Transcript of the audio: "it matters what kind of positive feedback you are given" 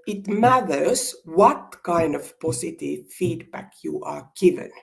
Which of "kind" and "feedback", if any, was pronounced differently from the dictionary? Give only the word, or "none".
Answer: none